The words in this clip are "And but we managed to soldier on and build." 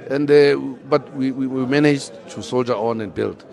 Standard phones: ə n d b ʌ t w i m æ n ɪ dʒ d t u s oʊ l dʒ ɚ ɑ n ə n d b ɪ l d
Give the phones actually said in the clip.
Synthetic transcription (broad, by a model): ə n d b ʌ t w i m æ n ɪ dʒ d t u s oʊ l dʒ ɚ ɑ n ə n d b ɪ l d